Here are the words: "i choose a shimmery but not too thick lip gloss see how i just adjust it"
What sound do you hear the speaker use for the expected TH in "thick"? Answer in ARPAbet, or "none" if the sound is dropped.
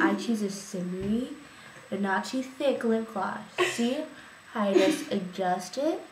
TH